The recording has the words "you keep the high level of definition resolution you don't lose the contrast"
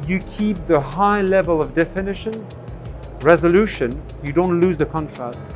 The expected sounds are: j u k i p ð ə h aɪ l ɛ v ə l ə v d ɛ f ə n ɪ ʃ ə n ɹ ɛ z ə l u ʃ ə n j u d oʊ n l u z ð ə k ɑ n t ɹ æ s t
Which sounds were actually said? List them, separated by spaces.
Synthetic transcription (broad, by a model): j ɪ k i p ð ə h aɪ l ɛ v ə l ə v d ɛ f ə n ɪ ʃ ə n ɹ ɛ z ə l u ʃ ə n j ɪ d oʊ n l u z ð ə k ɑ n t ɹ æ s t